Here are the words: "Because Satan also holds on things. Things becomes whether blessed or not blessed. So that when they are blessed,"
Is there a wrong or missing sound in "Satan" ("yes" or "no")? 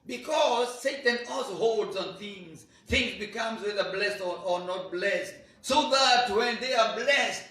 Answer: no